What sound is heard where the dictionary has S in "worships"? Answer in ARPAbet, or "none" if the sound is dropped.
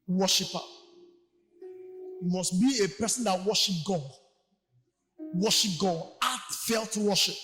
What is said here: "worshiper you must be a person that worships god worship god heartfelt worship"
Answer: none